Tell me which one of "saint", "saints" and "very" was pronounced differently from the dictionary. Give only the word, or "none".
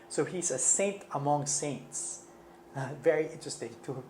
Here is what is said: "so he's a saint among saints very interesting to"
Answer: none